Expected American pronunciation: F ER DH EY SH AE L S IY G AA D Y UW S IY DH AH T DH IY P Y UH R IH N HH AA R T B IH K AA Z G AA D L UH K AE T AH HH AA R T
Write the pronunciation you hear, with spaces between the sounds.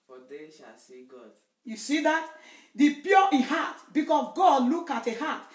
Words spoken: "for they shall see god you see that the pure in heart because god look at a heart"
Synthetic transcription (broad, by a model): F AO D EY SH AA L S IY G AA D Y UW S IY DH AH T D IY P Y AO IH HH AA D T B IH K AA S G AA D L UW K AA T AH HH AA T